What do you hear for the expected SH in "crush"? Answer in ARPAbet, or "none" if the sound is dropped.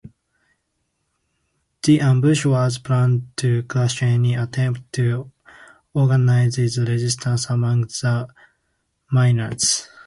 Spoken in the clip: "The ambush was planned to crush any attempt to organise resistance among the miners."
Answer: S